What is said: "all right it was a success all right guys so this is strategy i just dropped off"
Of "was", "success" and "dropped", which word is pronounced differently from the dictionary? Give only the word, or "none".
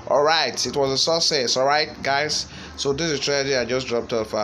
success